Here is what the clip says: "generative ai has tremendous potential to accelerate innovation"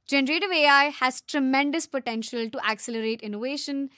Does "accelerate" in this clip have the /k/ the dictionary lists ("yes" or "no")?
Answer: yes